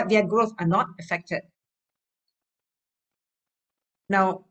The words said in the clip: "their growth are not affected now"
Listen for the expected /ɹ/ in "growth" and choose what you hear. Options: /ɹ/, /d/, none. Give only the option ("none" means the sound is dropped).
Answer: /ɹ/